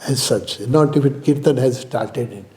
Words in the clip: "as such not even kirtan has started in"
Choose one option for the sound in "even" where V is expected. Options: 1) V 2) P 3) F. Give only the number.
3